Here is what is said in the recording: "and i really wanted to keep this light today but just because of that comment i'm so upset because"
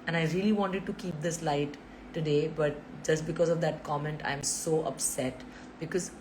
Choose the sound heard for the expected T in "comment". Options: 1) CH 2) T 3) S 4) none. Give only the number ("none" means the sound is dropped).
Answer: 2